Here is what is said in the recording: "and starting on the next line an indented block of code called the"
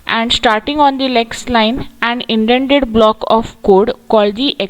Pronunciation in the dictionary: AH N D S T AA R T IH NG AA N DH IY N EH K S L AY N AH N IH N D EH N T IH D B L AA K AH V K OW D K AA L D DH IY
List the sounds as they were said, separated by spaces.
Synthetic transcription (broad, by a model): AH N D S T AA R T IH NG AA N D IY L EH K S L AY N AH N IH N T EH N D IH D B L AA K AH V K OW D K AA L D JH IY